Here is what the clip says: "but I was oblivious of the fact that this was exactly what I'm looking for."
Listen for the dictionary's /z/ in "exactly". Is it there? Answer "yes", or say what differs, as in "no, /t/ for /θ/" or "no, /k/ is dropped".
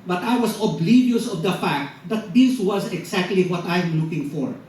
no, /s/ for /z/